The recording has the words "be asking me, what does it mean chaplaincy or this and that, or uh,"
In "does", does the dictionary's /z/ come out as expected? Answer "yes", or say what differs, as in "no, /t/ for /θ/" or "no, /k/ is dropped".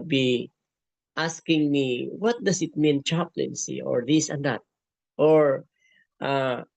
no, /s/ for /z/